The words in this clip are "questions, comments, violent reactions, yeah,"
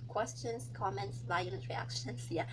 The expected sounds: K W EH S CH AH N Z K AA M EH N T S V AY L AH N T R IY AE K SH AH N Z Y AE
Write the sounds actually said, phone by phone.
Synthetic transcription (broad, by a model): K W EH S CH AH N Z K AA M EH N T S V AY AH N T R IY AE K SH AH N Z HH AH